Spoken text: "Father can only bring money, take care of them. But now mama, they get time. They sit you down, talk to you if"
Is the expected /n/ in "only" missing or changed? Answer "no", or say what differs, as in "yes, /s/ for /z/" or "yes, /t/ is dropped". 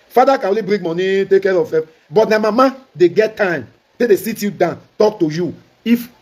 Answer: yes, /n/ is dropped